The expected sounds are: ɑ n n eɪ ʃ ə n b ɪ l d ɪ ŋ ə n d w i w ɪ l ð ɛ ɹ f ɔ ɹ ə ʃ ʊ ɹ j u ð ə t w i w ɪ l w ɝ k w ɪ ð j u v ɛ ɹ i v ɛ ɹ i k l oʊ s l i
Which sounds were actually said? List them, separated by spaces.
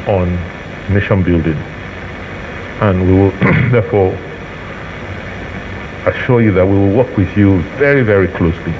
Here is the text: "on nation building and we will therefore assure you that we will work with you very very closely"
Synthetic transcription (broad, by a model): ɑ n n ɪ ʃ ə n b ɪ l d ɪ ŋ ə n w i w ɪ l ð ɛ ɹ f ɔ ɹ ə ʃ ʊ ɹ j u ð ə t w i w ɪ l w ɝ k w ɪ ð j u v ɛ ɹ i v ɛ ɹ i k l oʊ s l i